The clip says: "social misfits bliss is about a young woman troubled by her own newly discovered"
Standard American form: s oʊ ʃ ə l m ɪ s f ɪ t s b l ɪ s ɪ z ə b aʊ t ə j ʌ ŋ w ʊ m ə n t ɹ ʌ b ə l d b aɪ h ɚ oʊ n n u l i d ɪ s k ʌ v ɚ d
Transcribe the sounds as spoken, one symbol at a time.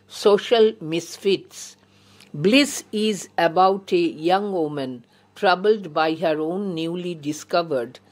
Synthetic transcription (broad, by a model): s oʊ ʃ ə l m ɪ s f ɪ t s b l ɪ s ɪ z ə b aʊ t ə j ʌ ŋ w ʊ m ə n t ɹ ʌ b ə l d b aɪ h ɚ oʊ n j u l i d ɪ s k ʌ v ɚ d